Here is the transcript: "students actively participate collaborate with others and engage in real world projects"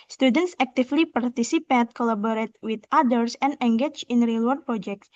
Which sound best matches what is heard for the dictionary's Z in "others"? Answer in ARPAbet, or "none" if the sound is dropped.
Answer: S